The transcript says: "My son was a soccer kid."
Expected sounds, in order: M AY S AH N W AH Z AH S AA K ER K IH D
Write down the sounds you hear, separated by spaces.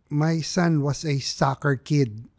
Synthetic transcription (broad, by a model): M AY S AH N W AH S AH S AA K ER K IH D